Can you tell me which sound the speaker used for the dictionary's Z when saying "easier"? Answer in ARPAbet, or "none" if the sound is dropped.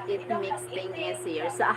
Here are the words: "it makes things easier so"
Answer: S